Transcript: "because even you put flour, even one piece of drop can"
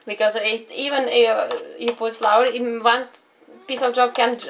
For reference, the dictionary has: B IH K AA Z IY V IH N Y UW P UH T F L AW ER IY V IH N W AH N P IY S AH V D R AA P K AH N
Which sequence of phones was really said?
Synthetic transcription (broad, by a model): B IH K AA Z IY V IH N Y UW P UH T F L AW ER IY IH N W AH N P IY S AH V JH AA B K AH N